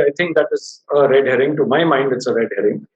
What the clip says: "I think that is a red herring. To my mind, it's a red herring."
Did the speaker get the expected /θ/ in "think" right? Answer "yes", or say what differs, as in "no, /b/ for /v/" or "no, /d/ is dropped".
no, /t/ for /θ/